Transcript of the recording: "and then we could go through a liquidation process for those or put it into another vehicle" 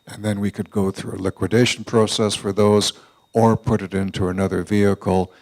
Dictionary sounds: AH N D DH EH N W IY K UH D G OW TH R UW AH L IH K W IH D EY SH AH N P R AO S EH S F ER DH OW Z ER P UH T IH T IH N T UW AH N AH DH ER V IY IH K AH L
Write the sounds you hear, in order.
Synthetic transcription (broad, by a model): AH N DH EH N W IY K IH D G OW TH R UW AH L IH K W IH D EY SH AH N P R AO S EH S F ER DH OW Z ER P UH T IH T IH N T UW AH N AH DH ER V IY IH K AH L